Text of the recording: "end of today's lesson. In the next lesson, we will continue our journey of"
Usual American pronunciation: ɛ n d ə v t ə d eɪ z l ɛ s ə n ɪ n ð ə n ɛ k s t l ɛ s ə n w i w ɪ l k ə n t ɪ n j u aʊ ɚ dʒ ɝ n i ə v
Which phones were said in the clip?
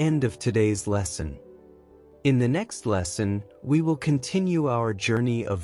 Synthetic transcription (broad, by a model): ɛ n d ə v t ə d eɪ z l ɛ s ə n ɪ n ð ə n ɛ k s t l ɛ s ə n w i w ɪ l k ə n t ɪ n j u aʊ ɚ dʒ ɝ n i ə v